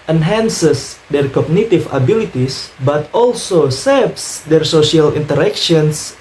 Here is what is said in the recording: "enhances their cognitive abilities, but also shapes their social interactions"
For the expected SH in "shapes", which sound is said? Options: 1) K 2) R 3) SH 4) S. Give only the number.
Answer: 4